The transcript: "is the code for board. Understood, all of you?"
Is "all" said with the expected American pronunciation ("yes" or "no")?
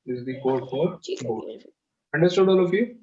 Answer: yes